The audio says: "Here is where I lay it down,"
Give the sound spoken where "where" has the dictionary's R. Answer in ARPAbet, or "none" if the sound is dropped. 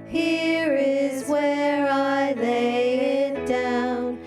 R